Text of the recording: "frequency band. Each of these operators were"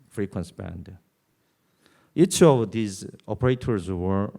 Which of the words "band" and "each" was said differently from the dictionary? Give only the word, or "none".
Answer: none